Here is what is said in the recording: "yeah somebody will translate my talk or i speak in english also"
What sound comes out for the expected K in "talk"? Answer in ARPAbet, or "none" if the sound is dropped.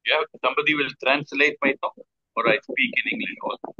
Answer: none